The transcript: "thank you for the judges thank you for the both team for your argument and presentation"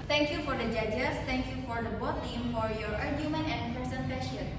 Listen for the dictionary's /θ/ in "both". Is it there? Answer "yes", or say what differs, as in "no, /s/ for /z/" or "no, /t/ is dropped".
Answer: no, /t/ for /θ/